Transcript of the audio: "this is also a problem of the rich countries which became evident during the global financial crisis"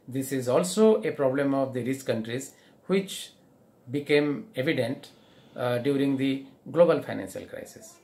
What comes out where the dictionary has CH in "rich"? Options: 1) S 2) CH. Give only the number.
1